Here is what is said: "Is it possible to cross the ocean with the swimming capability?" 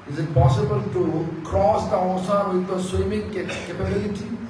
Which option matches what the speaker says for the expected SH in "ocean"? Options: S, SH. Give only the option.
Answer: S